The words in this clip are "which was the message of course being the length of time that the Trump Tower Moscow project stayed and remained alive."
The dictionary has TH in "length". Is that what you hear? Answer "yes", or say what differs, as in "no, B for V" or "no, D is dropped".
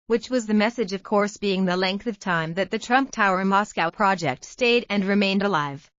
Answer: yes